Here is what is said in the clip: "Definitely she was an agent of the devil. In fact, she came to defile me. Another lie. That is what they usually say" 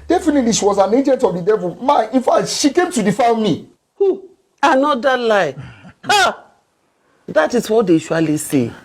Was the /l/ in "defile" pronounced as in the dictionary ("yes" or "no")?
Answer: no